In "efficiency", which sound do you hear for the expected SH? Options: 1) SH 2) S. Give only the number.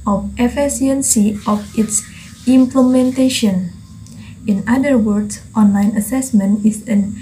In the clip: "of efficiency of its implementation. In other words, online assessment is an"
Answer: 2